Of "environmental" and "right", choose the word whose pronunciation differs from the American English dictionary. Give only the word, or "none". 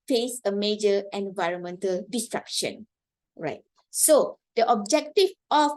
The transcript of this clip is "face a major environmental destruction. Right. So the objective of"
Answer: none